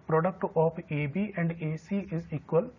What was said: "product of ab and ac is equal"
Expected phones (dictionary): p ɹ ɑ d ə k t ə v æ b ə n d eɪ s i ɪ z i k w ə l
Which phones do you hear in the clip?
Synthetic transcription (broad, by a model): p ɹ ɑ d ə k t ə p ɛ b ə n d eɪ s i ɪ z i k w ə l